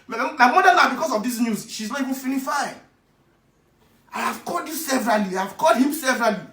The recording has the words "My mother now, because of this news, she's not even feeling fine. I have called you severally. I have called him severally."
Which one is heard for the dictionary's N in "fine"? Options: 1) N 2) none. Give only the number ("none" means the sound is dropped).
2